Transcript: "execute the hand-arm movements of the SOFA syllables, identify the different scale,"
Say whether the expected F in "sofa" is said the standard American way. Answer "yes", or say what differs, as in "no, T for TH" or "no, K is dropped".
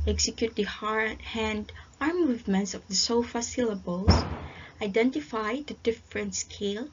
yes